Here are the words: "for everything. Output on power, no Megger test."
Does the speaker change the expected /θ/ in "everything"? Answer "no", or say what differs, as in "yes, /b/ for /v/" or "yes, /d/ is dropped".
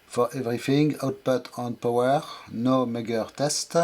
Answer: yes, /f/ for /θ/